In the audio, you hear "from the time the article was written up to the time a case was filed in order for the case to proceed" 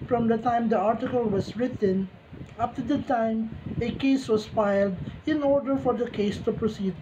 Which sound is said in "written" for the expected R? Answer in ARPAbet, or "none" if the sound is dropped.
R